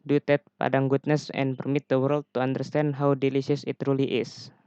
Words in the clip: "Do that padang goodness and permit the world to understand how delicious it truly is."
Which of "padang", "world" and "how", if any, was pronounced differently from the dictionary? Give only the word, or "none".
none